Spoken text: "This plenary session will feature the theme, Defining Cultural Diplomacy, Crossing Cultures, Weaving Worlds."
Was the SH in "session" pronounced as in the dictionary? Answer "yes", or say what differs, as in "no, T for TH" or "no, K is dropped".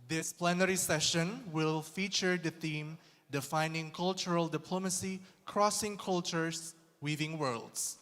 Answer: yes